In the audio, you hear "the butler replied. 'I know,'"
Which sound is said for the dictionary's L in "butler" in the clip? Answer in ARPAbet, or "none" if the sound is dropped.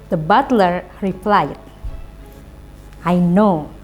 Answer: L